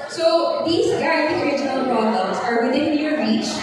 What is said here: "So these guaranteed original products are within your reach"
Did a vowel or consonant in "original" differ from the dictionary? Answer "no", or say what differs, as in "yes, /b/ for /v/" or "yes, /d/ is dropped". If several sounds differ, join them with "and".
no